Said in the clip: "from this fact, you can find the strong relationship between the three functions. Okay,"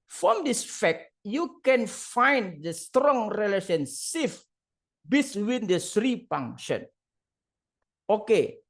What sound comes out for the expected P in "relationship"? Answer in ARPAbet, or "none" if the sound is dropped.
F